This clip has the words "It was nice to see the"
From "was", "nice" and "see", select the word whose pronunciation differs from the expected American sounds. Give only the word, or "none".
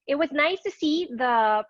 none